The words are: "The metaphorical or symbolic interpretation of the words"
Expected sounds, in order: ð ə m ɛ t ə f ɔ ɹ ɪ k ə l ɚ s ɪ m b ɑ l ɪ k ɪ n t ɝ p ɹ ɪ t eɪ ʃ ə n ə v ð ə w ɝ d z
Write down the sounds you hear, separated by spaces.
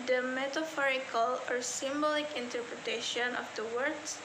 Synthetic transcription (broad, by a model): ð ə m ɛ t ə f ɔ ɹ ɪ k ə l ɚ s ɪ m b ɑ l ɪ k ɪ n t ɝ p ɹ ɪ t eɪ ʃ ə n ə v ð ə w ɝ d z